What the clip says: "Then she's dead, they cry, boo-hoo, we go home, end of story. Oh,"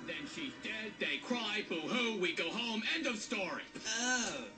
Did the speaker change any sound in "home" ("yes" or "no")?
no